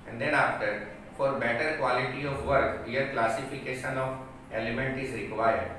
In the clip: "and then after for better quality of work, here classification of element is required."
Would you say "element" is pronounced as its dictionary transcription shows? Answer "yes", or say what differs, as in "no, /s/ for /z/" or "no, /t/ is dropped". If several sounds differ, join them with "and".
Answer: yes